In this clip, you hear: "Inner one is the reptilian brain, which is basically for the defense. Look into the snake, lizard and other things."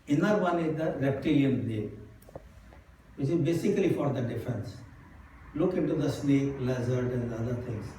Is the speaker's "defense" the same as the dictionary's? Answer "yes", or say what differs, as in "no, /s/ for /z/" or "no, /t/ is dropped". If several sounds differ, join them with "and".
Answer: yes